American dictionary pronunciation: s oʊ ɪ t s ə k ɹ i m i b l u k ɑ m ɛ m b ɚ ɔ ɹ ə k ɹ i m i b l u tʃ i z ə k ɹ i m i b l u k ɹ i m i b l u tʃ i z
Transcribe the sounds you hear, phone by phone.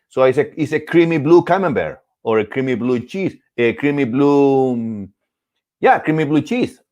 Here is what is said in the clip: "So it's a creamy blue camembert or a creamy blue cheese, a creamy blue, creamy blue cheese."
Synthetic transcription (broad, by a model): s oʊ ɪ s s ə k ɹ i m i b l u k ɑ m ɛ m b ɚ ɔ ɹ ə k ɹ i m i b l u tʃ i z ə k ɹ i m i b l u k ɹ i m i b l u tʃ i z